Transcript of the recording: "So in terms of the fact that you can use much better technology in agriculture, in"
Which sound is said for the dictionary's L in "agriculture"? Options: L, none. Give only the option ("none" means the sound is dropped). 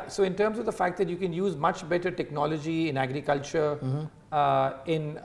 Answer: L